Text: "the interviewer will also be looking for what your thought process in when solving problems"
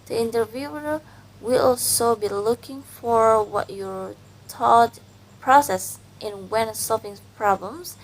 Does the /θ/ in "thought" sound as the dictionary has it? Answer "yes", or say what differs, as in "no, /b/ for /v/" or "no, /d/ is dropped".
no, /t/ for /θ/